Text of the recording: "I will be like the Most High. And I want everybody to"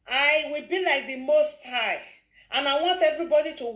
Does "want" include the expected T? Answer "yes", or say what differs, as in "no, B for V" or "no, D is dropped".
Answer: yes